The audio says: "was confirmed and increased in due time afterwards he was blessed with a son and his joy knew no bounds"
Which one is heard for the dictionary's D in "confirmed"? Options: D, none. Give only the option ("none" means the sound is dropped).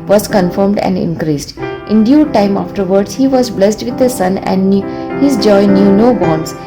D